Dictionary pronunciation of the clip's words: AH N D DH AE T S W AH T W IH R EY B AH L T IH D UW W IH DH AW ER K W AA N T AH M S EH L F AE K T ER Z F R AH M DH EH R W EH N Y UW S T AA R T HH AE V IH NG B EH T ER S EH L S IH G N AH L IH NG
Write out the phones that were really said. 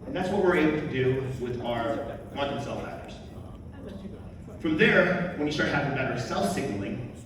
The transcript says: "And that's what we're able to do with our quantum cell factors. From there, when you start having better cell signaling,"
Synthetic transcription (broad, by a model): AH N DH AE T S W AH T W IH R EY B L T IH D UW W IH DH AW ER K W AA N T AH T S EH L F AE T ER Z F R AH M DH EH R W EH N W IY S T AA R T HH AE V IH NG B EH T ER S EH L S IH G N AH L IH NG